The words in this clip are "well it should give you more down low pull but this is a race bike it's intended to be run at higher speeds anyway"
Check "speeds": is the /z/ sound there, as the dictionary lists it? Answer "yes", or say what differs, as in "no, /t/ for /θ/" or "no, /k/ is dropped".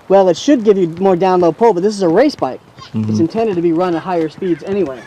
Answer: yes